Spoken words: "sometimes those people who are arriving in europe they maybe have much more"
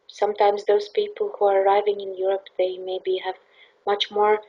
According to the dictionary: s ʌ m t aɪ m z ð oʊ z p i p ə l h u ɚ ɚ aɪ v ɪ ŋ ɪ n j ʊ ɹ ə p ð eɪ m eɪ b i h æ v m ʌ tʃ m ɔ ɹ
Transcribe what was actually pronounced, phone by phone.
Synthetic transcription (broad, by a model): s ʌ m t aɪ m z ð oʊ z p i p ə l h u ɚ ɚ aɪ v ɪ ŋ ɪ n j ʊ ɹ ə p ð eɪ m eɪ b i h æ v m ʌ tʃ m ɔ ɹ